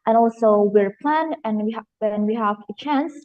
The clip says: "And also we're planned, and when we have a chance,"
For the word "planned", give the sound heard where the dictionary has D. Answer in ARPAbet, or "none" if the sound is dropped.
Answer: none